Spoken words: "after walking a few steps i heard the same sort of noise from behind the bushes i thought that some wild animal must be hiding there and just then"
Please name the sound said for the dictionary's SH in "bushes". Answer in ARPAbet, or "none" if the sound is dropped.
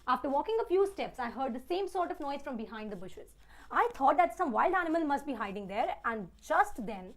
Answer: SH